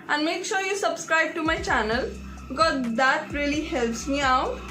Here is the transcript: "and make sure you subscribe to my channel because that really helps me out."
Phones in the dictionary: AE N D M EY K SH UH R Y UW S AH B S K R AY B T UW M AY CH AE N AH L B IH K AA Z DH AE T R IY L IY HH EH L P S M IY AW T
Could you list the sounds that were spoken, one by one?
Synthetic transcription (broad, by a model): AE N D M EY K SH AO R Y UW S AH B S K R AY B T UW M AY CH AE N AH L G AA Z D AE T R IY L IY HH EH L P S M IY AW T